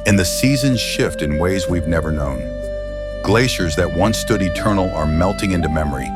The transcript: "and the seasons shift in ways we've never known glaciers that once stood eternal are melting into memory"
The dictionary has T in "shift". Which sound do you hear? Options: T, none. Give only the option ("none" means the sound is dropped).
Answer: T